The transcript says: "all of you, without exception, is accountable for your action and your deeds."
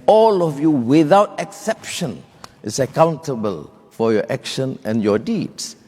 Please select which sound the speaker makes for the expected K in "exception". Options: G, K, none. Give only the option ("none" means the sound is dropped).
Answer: K